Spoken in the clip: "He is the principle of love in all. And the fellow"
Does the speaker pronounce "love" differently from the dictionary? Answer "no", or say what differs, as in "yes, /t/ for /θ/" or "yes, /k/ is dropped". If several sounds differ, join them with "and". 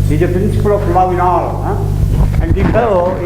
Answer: yes, /v/ is dropped